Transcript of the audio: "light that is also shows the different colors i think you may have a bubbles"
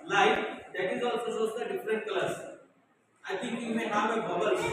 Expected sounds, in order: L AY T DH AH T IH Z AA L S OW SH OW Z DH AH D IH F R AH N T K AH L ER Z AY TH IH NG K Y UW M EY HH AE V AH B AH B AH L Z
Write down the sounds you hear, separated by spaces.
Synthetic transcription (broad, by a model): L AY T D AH T IH Z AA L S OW S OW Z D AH D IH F R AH N T K L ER S AY T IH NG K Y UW M EY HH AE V AH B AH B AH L